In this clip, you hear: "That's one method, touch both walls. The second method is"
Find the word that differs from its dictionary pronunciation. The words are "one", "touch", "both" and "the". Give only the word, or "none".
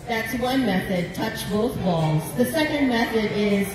none